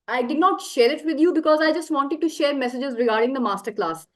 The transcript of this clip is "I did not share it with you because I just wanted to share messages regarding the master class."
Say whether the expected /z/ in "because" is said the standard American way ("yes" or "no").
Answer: yes